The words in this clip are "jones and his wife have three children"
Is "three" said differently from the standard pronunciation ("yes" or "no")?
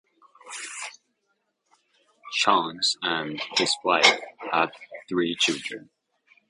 no